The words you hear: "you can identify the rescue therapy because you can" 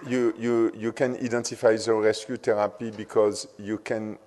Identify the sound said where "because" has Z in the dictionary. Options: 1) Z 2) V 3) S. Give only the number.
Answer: 1